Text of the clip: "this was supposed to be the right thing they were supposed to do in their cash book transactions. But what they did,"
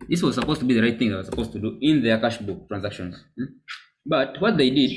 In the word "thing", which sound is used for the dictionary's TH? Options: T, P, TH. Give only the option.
TH